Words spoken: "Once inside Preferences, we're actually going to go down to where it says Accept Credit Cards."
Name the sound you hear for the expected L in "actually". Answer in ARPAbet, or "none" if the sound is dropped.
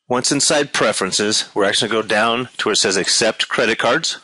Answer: none